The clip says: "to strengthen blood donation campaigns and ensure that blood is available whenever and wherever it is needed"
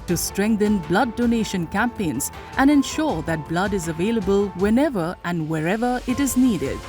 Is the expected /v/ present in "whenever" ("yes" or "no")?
yes